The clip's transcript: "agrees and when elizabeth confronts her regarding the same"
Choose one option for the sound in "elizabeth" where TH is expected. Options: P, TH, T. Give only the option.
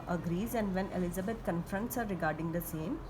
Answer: T